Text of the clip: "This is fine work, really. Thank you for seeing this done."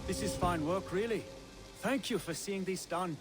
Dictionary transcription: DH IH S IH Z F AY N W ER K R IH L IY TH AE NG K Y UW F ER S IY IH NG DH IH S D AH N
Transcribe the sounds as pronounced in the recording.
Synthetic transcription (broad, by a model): DH IH S IH Z F AY N W ER K R IH L IY TH AE NG K Y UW F ER S IY IH NG DH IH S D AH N